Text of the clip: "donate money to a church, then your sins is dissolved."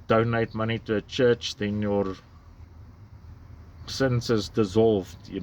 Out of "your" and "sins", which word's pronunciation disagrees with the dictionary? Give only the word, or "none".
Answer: sins